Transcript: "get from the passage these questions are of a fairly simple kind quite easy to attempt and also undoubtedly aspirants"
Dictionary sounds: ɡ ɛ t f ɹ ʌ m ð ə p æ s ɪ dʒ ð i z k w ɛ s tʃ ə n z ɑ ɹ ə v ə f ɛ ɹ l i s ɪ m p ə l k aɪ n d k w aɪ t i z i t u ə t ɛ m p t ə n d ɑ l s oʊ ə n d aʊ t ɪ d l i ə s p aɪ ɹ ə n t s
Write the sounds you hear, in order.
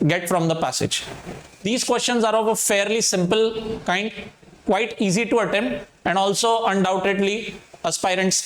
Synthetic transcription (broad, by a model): ɡ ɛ t f ɹ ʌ m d ə p æ s ɪ dʒ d i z k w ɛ s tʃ ə n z ɑ ɹ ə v ə f ɛ ɹ l i s ɪ m p ə l k aɪ n d k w aɪ t i z i t u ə t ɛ m ə n d ɑ l s oʊ ə n d aʊ t ɪ d l i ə s p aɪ ɹ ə n t s